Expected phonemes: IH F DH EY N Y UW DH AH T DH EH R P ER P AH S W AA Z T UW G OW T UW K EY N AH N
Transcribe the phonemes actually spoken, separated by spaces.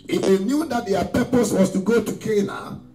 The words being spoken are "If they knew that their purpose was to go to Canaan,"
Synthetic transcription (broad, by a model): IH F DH EY N Y UW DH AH T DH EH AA P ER P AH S W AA S T UW G OW T UW K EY N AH